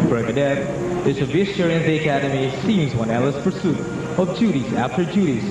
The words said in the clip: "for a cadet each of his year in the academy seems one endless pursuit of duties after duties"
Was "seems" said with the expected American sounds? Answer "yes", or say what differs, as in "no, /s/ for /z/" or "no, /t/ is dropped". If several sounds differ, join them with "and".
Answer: yes